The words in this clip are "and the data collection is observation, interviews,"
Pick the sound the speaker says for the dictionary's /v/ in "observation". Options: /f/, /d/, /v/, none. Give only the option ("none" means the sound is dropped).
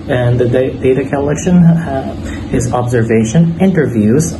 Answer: /v/